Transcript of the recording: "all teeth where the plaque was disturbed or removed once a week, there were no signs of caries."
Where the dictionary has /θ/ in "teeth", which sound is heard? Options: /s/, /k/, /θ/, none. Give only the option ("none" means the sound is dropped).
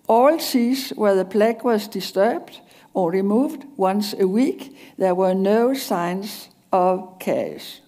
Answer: /s/